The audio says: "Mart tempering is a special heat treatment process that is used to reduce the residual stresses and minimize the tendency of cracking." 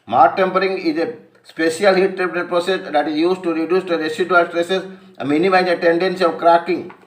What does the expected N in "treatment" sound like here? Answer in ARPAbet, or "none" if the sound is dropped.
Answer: none